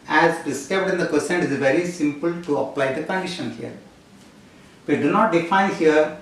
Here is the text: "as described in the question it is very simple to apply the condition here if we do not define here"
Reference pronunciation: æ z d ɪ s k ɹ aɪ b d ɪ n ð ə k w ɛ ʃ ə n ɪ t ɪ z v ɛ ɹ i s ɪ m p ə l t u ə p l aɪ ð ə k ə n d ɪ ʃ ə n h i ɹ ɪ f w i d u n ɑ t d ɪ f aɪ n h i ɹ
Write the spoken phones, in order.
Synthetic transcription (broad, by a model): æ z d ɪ s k aɪ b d ɪ n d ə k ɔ s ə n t ɪ z v ɛ ɹ i s ɪ m p ə l t u ə p l aɪ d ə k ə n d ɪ ʃ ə n h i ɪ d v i d u n ɑ t d ɪ f aɪ n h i ɹ